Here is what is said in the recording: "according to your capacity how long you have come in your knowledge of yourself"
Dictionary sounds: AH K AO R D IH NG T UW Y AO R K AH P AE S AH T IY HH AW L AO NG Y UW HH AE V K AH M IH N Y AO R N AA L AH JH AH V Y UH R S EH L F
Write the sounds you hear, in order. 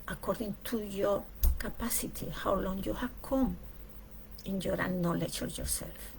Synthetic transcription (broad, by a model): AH K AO R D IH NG T UW Y AO R K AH P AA S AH T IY HH AW L AO NG Y UW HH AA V K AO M IH N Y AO R N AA L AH CH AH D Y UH R S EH L F